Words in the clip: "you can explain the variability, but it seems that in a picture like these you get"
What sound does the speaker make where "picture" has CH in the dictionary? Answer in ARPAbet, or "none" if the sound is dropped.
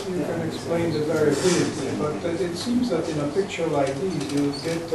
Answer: CH